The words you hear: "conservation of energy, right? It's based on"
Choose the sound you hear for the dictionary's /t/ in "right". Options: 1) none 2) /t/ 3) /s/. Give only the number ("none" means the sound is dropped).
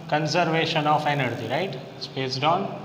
1